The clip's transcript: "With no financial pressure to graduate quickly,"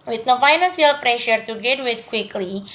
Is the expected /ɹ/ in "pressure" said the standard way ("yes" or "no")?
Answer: yes